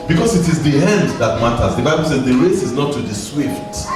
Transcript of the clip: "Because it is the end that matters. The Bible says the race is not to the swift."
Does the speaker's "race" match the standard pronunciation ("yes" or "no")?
yes